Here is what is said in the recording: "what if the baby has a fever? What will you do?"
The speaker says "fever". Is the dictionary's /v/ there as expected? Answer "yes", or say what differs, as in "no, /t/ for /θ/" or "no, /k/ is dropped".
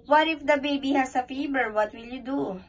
no, /b/ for /v/